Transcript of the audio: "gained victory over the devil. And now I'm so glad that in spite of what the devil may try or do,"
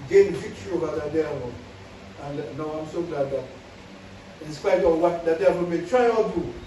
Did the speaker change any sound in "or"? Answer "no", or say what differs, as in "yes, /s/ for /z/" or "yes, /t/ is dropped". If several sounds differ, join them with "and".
yes, /l/ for /ɹ/